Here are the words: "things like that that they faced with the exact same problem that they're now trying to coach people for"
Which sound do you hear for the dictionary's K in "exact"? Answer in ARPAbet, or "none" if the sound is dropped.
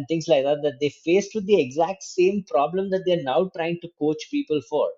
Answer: K